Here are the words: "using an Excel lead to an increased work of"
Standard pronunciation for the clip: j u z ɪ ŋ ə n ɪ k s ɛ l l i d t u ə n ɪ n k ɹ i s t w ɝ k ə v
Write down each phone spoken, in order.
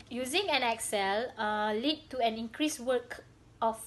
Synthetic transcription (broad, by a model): j u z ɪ ŋ ə n ɪ k s ɛ l l i d t u ə n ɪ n k ɹ i s w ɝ k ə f